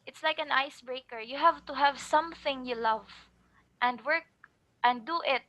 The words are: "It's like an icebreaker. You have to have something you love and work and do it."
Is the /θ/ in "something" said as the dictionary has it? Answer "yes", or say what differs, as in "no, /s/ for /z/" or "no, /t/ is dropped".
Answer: yes